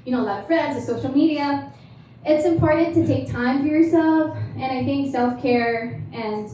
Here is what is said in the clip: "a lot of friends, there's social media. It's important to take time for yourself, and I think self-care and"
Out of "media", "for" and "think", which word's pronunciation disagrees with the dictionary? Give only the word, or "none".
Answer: none